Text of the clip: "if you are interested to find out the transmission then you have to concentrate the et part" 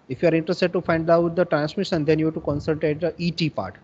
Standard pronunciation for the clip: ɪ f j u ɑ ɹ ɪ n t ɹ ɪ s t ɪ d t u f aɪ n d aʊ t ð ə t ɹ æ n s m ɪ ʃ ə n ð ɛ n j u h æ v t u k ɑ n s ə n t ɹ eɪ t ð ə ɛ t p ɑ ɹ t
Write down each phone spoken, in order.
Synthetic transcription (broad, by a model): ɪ f j u ɑ ɹ ɪ n t ɹ ɪ s t ɪ d t u f aɪ n d aʊ t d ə t ɹ æ n s m ɪ ʃ ə n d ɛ n j u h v t u k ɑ n s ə l t eɪ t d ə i t p ɑ ɹ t